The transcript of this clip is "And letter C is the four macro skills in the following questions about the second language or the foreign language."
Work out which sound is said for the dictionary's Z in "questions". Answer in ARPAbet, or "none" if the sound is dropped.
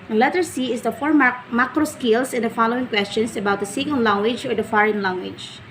S